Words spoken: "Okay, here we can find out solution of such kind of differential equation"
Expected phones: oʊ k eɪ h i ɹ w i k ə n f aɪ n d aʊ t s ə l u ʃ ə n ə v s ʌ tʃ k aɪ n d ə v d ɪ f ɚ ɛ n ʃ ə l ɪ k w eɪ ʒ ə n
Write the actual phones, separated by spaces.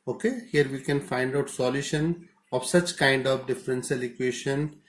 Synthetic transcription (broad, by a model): oʊ k eɪ h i ɹ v i k ə n f aɪ n d aʊ t s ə l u ʃ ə n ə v s ʌ tʃ k aɪ n d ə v d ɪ f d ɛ n s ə l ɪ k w eɪ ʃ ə n